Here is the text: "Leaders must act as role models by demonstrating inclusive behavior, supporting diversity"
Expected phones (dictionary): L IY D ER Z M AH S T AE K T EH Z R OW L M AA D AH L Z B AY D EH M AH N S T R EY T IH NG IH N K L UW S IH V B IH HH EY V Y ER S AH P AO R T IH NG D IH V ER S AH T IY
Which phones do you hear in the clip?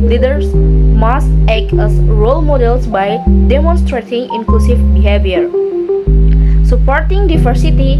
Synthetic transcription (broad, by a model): L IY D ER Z M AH S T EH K AH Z R OW L M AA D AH L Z B AY D EH M AH N S T R EY T IH NG IH N K L UW S IH V B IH HH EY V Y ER S AH P AO R T IH NG D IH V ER S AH T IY